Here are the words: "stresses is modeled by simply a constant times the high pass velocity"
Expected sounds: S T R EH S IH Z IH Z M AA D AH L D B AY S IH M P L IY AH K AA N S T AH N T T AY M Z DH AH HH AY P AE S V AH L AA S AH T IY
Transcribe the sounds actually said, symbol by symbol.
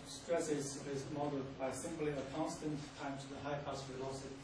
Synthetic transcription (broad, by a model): S T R EH S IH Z IH Z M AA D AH D B AY S IH M P L IY AH K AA N S T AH N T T AY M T DH AH HH AY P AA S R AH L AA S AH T